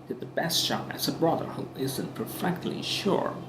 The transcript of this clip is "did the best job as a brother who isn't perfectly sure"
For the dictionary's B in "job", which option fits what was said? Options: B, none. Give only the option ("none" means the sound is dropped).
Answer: none